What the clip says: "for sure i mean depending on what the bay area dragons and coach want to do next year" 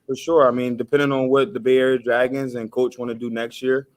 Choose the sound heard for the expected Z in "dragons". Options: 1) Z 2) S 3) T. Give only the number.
1